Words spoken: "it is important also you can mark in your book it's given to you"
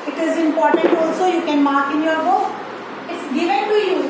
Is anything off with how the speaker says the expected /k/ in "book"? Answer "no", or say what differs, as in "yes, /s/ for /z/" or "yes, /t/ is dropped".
yes, /k/ is dropped